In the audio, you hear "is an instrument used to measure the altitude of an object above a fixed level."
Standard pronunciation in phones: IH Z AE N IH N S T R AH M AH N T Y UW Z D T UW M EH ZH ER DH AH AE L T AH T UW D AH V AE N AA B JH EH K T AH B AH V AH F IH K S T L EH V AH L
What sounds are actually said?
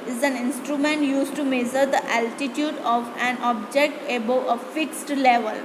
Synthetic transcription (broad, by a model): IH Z AE N IH N S T R AH M AH N T Y UW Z T UW M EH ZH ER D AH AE L T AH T UW D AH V AE N AA B JH EH K T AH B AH AH F IH K S T L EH V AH L